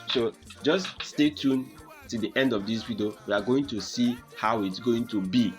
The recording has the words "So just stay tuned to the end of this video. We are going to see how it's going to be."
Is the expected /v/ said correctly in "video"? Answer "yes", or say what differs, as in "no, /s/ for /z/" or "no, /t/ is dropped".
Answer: no, /w/ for /v/